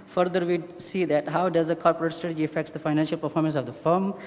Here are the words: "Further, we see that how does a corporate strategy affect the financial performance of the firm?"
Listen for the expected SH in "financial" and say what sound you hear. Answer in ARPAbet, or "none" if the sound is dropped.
SH